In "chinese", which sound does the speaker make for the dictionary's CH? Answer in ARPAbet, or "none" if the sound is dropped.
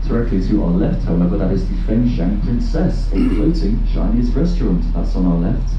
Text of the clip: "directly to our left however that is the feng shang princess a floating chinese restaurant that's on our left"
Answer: SH